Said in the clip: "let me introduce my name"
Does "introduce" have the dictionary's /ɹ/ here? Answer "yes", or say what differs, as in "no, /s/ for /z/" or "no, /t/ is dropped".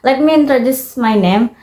yes